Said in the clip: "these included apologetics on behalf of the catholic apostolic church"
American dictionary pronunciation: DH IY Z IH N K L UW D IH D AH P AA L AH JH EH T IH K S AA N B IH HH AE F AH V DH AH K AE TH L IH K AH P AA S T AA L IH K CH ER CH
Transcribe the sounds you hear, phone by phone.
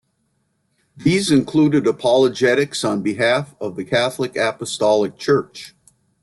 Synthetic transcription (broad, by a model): DH IY Z IH N K L UW D IH D AH P AA L AH JH EH T IH K S N B IH HH AE F AH V DH AH K AE TH L IH K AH P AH S T AA L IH K CH ER CH